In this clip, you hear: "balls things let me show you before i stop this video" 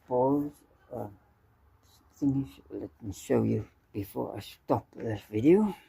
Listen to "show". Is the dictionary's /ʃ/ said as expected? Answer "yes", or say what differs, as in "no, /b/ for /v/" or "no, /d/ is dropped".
yes